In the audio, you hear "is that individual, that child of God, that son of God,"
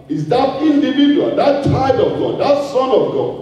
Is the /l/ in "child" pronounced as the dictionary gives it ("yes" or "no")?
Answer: no